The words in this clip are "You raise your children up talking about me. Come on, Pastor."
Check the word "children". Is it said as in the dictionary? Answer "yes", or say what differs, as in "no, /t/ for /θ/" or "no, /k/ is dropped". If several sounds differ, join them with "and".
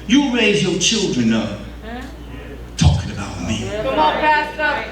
yes